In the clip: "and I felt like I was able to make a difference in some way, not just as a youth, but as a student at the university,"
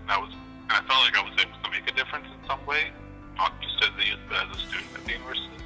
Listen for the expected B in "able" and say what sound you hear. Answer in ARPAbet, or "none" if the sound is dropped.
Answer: none